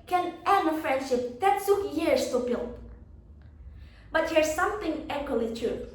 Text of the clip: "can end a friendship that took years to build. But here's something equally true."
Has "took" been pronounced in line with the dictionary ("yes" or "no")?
no